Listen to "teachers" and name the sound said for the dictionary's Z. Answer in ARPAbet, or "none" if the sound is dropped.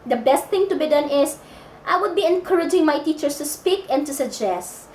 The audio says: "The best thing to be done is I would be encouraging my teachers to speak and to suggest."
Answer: S